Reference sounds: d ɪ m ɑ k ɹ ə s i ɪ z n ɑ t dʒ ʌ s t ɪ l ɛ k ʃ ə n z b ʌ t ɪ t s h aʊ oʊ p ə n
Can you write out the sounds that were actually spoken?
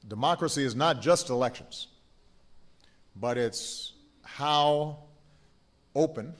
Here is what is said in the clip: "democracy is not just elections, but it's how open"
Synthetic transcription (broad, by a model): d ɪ m ɑ k ɹ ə s i ɪ z n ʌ t dʒ ʌ s t ɪ l ɛ k ʃ ə n z b ʌ t ɪ t s h aʊ oʊ p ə n